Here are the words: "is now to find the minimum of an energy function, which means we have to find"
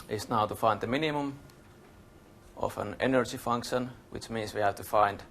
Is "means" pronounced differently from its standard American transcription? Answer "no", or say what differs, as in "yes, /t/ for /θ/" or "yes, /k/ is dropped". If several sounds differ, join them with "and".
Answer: yes, /s/ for /z/